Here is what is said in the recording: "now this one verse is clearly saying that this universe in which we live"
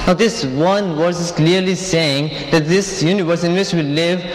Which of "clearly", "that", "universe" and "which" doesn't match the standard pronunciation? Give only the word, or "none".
which